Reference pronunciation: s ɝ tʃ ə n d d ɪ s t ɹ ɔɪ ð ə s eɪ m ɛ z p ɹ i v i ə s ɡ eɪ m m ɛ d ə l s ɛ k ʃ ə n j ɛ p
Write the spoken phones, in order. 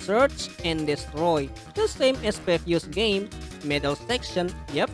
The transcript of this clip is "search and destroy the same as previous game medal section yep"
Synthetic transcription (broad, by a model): s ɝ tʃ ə n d d ɪ s t ɹ ɔɪ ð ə s eɪ m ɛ s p ɛ f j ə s ɡ eɪ m m ɛ d ə l s ɛ k ʃ ə n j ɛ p